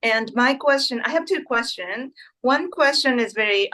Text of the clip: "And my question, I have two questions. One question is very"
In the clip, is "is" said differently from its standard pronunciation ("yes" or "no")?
no